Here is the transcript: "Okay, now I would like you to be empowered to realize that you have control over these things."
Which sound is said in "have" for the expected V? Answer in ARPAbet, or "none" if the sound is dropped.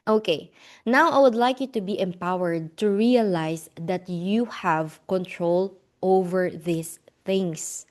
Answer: V